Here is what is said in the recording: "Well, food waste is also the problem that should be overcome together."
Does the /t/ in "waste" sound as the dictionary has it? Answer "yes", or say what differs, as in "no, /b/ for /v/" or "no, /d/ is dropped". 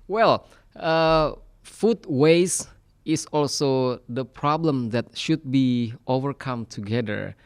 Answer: no, /t/ is dropped